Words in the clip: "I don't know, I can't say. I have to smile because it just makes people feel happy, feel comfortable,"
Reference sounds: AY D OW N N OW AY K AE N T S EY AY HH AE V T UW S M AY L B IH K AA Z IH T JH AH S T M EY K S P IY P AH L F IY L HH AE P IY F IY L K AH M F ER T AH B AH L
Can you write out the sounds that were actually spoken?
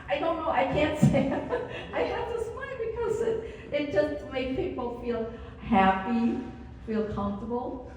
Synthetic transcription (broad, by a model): AY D OW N N OW AY K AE N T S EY AY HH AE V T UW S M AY N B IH K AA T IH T JH AH S T M EY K P IY P AH L F IY L HH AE P IY F IY L K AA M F T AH B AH L